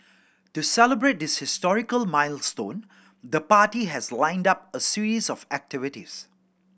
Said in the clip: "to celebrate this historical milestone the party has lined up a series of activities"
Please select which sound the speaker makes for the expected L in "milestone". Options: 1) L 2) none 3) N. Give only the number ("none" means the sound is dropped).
1